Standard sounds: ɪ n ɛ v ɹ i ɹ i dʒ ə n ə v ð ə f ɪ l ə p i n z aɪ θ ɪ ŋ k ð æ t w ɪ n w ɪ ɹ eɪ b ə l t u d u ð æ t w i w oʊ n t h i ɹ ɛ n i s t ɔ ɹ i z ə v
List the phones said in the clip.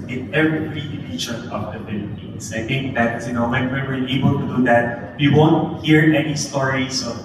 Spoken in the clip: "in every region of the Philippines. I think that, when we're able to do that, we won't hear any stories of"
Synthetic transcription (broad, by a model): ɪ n ɛ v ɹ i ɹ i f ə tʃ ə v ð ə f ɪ l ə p i n s aɪ θ ɪ ŋ k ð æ t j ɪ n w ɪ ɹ eɪ b ə l t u d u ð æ t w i w oʊ n t h i ɹ ɛ n i s t ɔ ɹ i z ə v